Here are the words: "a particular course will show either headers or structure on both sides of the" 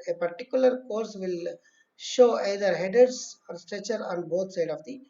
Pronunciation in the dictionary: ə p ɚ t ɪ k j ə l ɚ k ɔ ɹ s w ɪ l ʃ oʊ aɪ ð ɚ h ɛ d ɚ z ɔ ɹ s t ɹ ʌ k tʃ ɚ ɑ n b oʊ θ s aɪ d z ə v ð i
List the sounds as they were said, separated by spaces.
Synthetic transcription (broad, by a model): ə p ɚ t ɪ k j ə l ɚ k ɔ ɹ s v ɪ l ʃ oʊ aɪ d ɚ h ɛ d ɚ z ɔ ɹ s t ɹ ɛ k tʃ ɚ ɑ n b oʊ t s aɪ d ə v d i